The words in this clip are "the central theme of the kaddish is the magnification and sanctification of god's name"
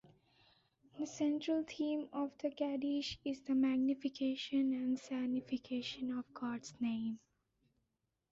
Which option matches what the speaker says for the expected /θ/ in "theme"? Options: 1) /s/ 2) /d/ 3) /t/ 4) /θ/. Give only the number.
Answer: 3